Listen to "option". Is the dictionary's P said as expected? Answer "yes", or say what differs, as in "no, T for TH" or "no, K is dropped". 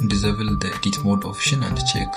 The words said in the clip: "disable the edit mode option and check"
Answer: no, F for P